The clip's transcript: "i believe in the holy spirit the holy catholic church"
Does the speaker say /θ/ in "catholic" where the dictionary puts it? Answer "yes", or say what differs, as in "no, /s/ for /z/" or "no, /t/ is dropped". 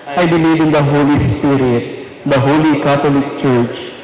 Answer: no, /t/ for /θ/